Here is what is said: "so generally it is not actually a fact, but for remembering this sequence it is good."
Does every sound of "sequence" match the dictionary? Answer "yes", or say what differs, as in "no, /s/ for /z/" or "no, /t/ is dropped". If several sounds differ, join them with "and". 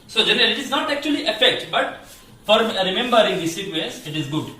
no, /n/ is dropped